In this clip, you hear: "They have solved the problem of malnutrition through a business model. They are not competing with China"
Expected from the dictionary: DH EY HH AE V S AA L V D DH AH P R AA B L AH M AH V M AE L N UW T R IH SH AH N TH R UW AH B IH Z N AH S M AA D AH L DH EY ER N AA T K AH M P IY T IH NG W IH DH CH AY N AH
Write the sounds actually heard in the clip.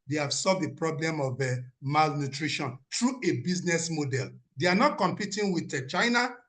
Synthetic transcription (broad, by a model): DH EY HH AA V S AA L V D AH P R AA B L AH M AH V M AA L N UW T R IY SH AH N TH R UW AH B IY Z N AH S M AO D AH L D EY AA N AA T K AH M P IY T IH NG W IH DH CH AY N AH